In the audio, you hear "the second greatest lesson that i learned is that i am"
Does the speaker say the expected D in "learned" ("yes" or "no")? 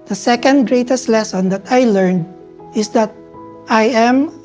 yes